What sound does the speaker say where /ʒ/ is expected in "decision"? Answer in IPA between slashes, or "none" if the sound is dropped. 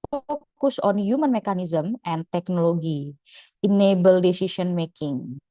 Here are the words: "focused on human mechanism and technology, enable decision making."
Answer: /s/